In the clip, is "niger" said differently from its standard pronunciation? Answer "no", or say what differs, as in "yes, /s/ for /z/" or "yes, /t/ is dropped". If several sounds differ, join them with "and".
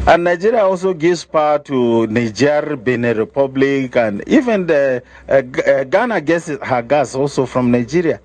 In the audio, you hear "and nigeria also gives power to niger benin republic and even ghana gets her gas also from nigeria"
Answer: no